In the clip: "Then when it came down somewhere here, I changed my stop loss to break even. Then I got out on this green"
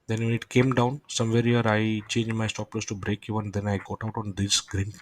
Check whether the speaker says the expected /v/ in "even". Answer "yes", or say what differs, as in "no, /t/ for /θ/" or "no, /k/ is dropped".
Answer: no, /v/ is dropped